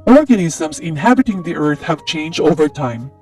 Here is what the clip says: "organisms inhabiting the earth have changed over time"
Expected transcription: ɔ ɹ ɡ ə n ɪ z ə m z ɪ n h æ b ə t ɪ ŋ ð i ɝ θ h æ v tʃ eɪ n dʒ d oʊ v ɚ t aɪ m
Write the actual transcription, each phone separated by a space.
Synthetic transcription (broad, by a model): ɔ ɹ ɡ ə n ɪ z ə m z ɪ n h æ b ə t ɪ ŋ ð i ɝ θ h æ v tʃ eɪ n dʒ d oʊ v ɚ t aɪ m